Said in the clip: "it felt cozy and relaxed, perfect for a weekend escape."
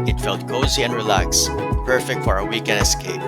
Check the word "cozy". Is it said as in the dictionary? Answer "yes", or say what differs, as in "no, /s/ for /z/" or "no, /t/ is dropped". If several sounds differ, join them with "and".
yes